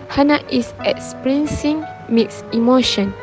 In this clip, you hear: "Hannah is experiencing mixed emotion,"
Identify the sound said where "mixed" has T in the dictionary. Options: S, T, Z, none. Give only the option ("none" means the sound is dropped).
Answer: none